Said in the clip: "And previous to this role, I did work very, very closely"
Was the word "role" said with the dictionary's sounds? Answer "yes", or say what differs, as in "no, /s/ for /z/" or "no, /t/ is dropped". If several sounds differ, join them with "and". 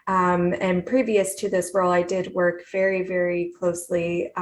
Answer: no, /w/ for /ɹ/